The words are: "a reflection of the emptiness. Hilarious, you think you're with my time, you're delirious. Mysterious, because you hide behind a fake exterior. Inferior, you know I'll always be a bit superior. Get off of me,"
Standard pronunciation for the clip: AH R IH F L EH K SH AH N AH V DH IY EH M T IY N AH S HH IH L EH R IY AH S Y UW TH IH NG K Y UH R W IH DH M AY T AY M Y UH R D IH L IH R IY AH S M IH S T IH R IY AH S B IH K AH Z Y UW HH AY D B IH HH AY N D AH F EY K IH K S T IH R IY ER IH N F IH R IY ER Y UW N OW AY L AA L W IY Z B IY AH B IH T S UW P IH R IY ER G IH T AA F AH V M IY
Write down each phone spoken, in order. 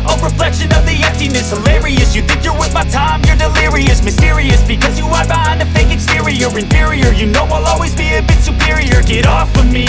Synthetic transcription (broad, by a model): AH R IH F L EH K SH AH N AH V DH IY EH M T IY N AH S HH IH L EH R IY AH S Y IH TH IH NG K Y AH R W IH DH M AY T AY M Y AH R D IH L IH R IY AH S M IH S T IH R IY AH S B IH K AH Z Y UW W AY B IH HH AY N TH AH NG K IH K S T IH R IY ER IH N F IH R IY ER Y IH N OW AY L AA L W IY Z B IY AH B IH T S UW P IH R IY ER G IH T AA F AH M IY